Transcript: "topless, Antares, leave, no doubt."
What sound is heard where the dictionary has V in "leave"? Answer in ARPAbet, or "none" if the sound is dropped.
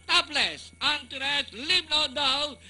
B